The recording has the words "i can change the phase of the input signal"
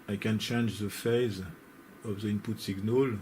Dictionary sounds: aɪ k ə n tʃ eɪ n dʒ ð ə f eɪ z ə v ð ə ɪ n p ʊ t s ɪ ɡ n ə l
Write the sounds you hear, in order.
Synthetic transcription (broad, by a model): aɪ k ə n tʃ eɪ n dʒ ð ə f eɪ z ə v ð ə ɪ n p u t s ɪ ɡ n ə l